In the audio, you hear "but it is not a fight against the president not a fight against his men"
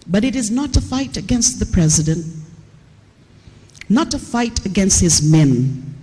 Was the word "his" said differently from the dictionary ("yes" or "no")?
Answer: no